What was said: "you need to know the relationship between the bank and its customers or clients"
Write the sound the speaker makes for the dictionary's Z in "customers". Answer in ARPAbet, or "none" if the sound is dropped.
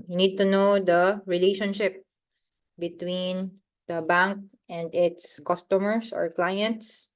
S